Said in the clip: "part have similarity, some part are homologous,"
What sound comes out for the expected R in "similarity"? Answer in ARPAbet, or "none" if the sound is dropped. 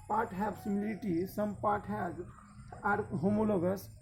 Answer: L